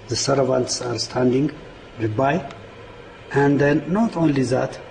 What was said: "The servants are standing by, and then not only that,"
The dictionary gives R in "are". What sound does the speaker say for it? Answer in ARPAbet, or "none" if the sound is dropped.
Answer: R